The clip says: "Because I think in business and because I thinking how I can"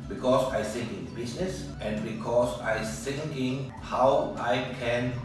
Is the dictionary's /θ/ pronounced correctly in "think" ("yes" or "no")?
no